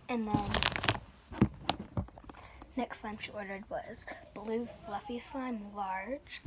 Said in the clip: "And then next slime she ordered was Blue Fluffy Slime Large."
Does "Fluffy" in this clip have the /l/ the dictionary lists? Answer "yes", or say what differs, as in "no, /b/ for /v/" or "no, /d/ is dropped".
yes